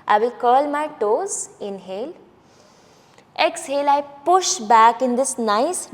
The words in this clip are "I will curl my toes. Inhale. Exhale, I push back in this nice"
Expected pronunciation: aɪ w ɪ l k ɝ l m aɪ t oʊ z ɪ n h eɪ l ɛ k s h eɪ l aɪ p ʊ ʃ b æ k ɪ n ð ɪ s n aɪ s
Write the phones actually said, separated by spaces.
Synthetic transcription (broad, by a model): aɪ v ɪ l k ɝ l m aɪ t oʊ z ɪ n h eɪ l ɛ k s h eɪ l aɪ p ʊ ʃ b æ k ɪ n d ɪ s n aɪ s